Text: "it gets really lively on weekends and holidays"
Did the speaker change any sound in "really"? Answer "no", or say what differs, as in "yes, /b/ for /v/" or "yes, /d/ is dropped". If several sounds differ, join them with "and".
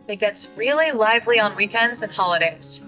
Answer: no